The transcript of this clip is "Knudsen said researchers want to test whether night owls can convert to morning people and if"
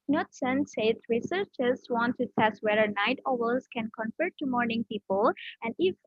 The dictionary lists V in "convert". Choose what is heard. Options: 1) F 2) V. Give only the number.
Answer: 1